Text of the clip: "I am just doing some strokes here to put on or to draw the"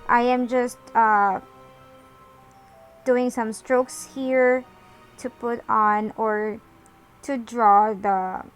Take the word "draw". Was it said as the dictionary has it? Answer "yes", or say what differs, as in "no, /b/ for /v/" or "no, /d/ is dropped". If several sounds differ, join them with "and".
yes